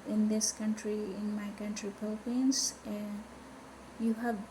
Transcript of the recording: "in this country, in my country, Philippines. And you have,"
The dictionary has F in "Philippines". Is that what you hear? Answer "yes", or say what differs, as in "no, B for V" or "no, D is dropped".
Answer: no, P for F